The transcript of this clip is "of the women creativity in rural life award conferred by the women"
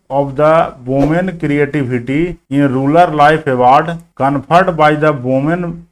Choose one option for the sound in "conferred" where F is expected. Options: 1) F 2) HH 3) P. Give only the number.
3